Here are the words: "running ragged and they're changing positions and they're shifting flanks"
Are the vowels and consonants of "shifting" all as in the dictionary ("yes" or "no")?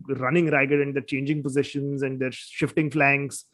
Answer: yes